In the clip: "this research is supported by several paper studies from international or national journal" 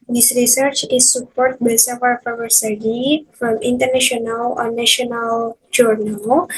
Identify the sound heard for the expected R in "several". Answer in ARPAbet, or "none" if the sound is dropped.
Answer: none